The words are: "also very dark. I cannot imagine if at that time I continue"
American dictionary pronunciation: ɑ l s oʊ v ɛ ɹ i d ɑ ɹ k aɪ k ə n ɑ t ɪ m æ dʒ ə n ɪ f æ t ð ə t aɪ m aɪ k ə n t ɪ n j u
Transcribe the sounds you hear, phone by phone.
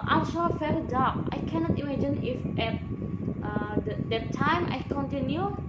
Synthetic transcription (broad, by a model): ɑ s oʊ f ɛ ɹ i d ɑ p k aɪ k ə n ɑ t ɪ m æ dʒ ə n ɪ f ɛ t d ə t aɪ m aɪ k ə n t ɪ n j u